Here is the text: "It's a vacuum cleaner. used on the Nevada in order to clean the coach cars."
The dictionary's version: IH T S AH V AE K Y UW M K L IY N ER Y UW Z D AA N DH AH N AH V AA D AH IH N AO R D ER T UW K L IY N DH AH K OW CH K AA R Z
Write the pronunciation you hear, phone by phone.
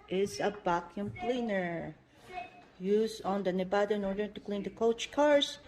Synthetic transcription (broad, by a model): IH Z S AH B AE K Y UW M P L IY N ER Y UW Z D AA N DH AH N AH B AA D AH IH N AO R D ER T UW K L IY N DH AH K OW CH K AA R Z